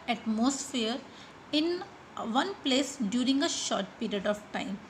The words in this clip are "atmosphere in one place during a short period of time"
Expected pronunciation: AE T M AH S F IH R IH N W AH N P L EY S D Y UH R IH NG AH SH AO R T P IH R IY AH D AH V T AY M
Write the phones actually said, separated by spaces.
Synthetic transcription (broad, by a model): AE T M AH S F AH R IH N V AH N P L EY S D Y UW R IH NG AH SH AO R T P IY R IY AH D AH V T AY M